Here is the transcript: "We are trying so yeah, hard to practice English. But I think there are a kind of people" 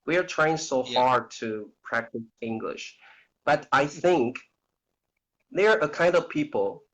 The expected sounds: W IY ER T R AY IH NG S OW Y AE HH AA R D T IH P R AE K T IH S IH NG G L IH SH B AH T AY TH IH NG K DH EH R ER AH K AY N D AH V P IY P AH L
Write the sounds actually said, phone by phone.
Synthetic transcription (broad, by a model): W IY ER T R AY IH NG S OW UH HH AA R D T IH P R AE K T IH S IH NG G L IH SH B AH T AY TH IH NG K DH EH R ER AH K AY N D AH V P IY P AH L